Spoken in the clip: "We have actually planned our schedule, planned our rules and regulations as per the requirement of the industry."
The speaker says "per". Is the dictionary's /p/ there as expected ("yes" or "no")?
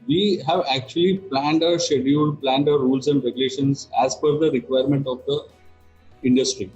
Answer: no